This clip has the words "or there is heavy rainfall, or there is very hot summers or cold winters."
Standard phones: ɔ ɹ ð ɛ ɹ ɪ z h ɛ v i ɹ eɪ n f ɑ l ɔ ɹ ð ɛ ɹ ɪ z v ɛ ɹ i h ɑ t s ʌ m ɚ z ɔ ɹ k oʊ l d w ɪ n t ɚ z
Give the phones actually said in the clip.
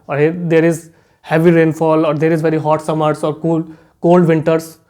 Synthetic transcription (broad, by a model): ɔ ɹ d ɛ ɹ ɪ z h ɛ v i ɹ eɪ n f ɑ l ɔ ɹ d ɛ ɹ ɪ z v ɛ ɹ i h ɑ t s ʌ m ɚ s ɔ ɹ k oʊ l d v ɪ n t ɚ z